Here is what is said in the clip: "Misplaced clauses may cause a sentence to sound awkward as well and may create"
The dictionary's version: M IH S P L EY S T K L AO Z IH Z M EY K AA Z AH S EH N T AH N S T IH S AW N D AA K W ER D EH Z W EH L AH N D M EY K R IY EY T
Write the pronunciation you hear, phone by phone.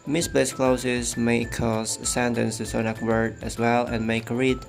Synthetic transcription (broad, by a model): M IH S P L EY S K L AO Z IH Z M EY K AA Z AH S EH N T AH N S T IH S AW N AA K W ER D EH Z W EH L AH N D M EY K R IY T